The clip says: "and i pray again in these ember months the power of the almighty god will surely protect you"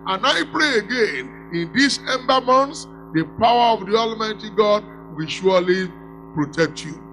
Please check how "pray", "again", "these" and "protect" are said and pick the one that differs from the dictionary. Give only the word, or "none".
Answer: these